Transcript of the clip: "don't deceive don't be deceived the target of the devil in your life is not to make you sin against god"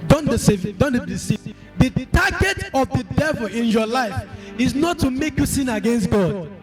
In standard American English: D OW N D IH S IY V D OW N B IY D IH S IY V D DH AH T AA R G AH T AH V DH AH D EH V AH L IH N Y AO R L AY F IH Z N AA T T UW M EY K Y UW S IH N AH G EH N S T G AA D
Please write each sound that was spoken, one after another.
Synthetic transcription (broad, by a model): D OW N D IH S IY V D OW N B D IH S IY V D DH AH T AA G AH T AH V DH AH D EH V AH L IH N Y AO L AY F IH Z N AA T T UW M EY K Y UW S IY N AH G EH N S T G AA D